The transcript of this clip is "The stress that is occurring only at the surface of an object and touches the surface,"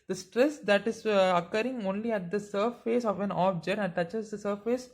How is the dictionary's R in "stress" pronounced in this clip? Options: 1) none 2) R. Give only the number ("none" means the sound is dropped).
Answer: 2